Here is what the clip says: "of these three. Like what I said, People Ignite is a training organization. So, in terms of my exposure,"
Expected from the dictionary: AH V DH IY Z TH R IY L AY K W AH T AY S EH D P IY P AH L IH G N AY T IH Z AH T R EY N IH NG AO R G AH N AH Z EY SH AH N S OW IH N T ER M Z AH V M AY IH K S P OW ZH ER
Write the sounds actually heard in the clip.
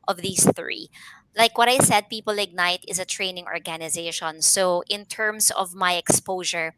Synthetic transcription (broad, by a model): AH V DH IY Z TH R IY L AY K W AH T AY S EH D P IY P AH L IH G N AY T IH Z AH T R EY N IH NG AO R G AH N AH Z EY SH AH N S OW IH N T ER M S AH V M AY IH K S P OW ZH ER